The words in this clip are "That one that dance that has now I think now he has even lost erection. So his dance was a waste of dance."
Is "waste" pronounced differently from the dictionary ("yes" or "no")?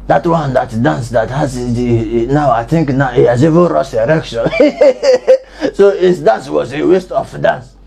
no